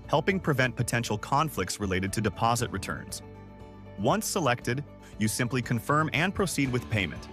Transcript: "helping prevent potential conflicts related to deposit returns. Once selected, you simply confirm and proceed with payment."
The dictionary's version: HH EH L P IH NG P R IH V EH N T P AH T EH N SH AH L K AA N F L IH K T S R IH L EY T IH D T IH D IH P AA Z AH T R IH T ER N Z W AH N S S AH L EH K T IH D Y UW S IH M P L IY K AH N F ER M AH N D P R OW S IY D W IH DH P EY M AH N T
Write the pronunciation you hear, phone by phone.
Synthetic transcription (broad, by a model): HH EH L P IH NG P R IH V EH N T P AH T EH N SH L K AA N F L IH K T S R IH L EY T IH D T IH D IH P AA Z AH T R IH T ER N Z W AH N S S AH L EH K T IH D Y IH S IH M P L IY K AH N F ER M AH N P R OW S IY D W IH DH P EY M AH N T